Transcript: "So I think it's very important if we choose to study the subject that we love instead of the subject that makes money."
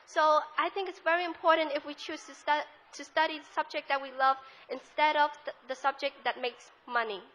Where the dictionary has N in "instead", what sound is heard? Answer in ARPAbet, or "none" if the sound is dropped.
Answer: N